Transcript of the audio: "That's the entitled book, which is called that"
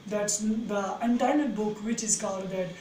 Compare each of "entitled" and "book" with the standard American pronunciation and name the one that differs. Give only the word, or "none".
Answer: entitled